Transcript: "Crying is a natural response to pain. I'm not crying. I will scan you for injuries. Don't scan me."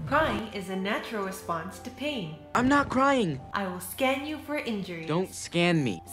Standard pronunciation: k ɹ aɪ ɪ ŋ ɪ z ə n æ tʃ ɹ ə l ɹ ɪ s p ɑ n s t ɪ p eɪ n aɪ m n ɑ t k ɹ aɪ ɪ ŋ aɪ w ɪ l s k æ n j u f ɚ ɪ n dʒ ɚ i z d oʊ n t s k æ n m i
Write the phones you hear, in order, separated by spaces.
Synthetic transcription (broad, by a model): k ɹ aɪ ɪ ŋ ɪ z ə n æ tʃ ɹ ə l ɹ ɪ s p ɑ n s t ɪ p eɪ n aɪ m n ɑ t k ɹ aɪ ɪ ŋ aɪ w ɪ l s k æ n j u f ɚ ɪ n dʒ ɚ i d oʊ n t s k æ n m i